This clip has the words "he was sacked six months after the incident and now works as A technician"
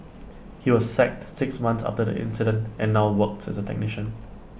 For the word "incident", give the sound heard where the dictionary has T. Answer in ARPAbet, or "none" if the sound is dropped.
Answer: T